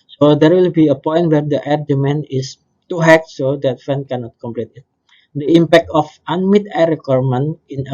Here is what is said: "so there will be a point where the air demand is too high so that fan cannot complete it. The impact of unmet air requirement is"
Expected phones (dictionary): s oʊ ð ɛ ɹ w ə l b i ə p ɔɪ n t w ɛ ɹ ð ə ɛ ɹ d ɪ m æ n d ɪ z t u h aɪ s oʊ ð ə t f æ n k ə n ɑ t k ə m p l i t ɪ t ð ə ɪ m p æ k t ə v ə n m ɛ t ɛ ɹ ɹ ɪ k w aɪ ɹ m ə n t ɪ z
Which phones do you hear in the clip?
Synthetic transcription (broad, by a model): s oʊ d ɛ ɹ w ə l b i ə p ɔɪ n t w ɛ ɹ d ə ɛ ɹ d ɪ m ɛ n ɪ s t u h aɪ s oʊ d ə t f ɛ n k ə n ɑ t k ə m p l i t ɪ t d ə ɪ m p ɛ k t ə f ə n m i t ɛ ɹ ɹ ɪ k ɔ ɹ m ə n ɪ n